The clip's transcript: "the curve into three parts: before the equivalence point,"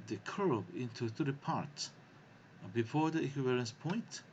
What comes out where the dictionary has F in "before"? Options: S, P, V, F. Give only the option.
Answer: F